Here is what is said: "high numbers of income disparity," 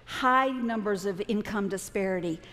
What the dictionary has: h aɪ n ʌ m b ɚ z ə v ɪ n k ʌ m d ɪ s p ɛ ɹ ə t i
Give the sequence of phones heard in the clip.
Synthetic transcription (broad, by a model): h aɪ n ʌ m b ɚ z ə v ɪ n k ʌ m d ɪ s p ɛ ɹ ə t i